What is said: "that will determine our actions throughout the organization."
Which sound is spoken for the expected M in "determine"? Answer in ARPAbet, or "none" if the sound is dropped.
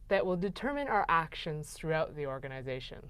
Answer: M